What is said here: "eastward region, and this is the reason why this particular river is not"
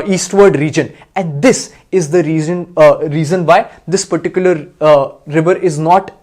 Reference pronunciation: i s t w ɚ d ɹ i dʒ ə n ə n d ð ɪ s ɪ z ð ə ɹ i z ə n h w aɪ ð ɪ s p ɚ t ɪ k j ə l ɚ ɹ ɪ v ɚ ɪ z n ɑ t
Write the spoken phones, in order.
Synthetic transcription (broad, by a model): i s t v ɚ d ɹ i dʒ ə n ə n d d ɪ s ɪ z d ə ɹ i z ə n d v aɪ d ɪ s p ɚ t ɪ k j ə l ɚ ɹ ɪ v ɚ ɪ z n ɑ t